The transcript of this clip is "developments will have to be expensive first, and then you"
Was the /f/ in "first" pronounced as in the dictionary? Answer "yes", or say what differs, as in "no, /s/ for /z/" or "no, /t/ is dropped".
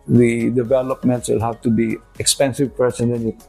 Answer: no, /p/ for /f/